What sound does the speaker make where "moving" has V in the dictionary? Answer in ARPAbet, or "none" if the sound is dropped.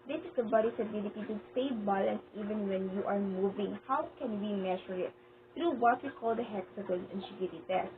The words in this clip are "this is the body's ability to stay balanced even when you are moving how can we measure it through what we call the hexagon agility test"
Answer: V